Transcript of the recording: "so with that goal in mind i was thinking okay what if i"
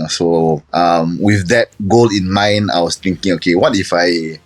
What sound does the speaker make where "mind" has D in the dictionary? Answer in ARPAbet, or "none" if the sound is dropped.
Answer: none